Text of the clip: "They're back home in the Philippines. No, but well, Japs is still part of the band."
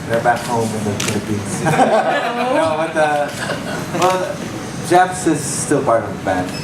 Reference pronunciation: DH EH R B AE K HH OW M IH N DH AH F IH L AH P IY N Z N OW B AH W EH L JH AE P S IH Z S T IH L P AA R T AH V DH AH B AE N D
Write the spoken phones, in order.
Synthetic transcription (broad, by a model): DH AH R B AE K HH OW M IH N DH AH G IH N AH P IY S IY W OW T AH W EH L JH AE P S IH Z S T IH L P AA R T AH V DH AH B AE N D